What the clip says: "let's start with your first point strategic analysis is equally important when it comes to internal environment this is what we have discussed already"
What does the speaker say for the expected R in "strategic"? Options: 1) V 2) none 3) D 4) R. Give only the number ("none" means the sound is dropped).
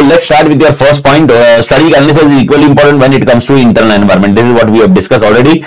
2